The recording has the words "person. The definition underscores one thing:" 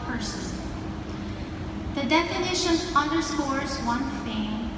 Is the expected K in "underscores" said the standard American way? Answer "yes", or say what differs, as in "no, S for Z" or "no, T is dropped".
no, K is dropped